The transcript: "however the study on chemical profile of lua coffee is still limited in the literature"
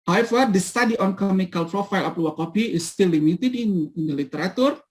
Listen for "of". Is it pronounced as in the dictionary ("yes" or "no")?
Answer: no